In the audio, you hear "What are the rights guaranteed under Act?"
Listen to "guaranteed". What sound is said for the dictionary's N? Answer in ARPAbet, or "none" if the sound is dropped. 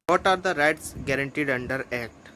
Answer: N